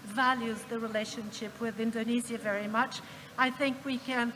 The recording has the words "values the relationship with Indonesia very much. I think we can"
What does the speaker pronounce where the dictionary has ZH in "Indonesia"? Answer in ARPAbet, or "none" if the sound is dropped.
Z